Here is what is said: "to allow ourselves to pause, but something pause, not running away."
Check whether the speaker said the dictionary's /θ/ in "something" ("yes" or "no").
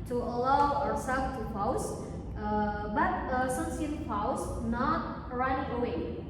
no